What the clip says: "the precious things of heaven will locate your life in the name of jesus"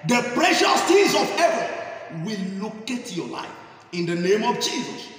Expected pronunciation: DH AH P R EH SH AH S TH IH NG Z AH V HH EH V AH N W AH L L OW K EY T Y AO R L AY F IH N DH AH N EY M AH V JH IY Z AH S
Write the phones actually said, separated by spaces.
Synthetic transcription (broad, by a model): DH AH P R EH SH AH S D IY Z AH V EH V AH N W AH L L OW K EY T Y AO L AY F IH N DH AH N EY M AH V JH IY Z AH S